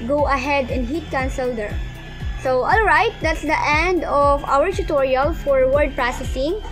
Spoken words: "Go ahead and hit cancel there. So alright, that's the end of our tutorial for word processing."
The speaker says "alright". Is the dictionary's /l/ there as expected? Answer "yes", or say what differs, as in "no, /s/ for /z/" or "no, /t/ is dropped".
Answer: yes